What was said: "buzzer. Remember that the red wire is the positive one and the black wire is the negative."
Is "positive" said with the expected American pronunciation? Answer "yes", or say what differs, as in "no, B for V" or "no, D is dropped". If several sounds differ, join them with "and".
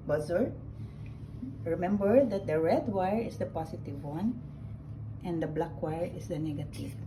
no, S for Z